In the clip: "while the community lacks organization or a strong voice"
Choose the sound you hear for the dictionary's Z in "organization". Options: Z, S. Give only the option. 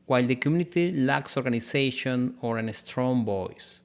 S